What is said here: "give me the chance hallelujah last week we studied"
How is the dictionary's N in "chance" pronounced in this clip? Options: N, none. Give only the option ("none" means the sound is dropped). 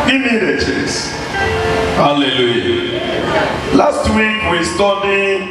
none